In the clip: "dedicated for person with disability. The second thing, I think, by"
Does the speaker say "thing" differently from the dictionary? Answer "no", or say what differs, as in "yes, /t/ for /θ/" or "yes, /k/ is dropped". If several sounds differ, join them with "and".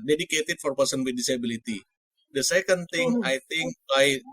yes, /t/ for /θ/